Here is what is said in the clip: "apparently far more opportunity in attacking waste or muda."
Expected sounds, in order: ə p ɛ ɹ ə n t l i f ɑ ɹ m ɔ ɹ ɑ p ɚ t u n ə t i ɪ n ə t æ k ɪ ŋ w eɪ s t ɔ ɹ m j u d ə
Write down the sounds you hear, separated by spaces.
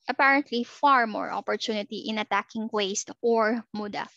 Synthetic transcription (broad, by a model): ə p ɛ ɹ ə n t l i f ɑ ɹ m ɔ ɹ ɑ p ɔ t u n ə t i ɪ n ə t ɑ k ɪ ŋ w eɪ s t ɔ ɹ m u d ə